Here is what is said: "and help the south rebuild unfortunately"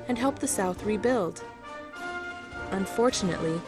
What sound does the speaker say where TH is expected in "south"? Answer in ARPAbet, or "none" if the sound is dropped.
TH